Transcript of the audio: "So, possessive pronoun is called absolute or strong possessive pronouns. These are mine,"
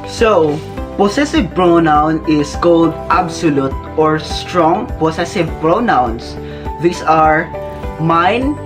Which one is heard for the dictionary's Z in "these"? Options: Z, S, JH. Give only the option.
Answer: S